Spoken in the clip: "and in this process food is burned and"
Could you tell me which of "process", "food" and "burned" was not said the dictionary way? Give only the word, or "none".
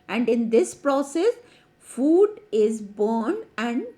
burned